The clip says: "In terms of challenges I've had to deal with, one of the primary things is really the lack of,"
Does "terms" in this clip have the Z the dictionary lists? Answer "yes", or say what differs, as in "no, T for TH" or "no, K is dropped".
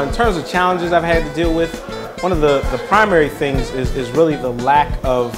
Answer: yes